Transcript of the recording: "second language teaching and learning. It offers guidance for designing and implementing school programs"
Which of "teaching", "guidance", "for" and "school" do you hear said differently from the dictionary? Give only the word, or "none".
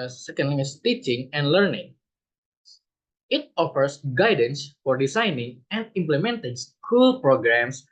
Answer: none